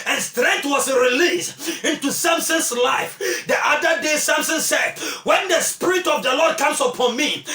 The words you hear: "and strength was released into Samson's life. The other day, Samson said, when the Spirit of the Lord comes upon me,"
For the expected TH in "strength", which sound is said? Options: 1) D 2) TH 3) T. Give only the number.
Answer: 3